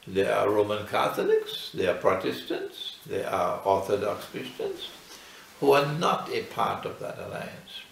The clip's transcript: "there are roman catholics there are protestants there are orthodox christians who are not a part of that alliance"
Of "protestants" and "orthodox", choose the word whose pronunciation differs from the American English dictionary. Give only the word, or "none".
none